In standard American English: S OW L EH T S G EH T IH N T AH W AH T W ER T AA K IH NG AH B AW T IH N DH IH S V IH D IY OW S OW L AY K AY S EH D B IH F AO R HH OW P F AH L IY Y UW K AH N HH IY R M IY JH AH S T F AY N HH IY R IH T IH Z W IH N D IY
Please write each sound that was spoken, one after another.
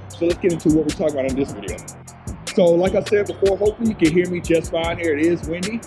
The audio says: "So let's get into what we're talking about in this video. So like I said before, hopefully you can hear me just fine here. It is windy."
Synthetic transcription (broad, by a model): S OW L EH T S G EH T IH N T AH W AH T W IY T AA K IH NG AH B AW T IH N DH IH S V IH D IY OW S OW L AY K AY S EH D B IH F AO R HH OW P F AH L IY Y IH K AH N HH IY R M IY JH AH S T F AY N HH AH R IH T IH Z W IH N D IY